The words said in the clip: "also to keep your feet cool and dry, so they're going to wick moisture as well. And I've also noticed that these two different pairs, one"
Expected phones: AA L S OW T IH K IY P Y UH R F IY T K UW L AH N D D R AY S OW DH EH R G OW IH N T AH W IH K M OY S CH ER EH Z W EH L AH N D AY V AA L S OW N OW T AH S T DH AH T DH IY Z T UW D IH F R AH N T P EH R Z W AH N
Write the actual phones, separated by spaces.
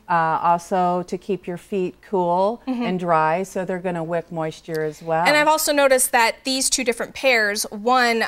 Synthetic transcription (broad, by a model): AA L S OW T IH K IY P Y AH R F IY T K UW L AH N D D R AY S OW DH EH R G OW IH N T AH W IH K M OY S CH ER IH Z W EH L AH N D AY V AA L S OW N OW T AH S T DH AH T DH IY Z T UW D IH F R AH N P EH R Z W AH N